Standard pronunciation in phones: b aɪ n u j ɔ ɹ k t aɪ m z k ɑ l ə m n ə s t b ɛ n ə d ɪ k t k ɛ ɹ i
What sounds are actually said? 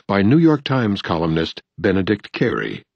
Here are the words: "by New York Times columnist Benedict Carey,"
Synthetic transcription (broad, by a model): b aɪ n u j ɔ ɹ k t aɪ m z k ɑ l ə m n ə s t b ɛ n ə d ɪ k t k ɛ ɹ i